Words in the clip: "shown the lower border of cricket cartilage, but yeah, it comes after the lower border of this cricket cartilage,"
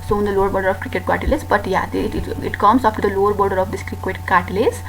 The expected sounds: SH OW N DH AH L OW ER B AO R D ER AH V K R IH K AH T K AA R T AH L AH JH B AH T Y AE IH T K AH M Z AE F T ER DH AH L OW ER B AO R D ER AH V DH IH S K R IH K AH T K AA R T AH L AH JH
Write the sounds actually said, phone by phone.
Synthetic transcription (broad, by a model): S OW N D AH L OW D B AO R D ER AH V K R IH K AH T K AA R T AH L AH Z B AH T Y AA IH T K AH M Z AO P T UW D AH L OW ER B AO R D ER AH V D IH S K R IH K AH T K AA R T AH L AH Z